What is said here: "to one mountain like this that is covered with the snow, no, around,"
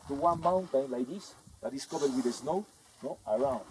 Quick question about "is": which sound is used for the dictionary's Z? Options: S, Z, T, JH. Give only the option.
S